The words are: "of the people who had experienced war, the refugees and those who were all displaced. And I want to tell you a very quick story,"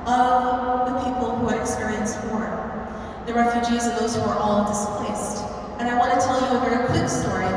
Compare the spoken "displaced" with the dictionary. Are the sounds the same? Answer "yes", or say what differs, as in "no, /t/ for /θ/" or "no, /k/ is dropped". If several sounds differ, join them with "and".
yes